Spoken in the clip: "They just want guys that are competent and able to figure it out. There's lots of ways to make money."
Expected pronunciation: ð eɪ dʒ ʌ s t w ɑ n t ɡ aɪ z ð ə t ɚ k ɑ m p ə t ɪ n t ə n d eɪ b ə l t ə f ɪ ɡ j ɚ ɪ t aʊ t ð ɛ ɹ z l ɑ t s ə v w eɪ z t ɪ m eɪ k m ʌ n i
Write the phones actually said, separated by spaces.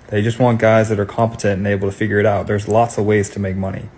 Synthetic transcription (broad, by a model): ð eɪ dʒ ʌ s t w ɑ n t ɡ aɪ z ð ə t ɚ k ɑ m p ə t ɪ n t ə n eɪ b l t ə f ɪ ɡ j ɚ ɪ t aʊ t ð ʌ ɹ z l ɑ t s ə v w eɪ z t ɪ m eɪ k m ʌ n i